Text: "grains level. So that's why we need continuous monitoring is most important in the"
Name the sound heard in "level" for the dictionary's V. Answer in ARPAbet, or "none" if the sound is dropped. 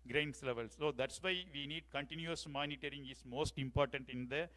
V